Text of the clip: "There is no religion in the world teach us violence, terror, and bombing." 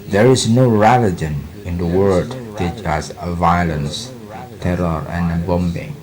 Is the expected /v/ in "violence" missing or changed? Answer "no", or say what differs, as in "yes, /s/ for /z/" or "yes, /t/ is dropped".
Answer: no